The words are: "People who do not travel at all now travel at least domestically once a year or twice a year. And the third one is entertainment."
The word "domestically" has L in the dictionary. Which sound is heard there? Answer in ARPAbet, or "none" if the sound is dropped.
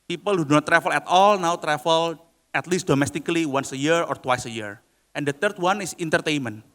L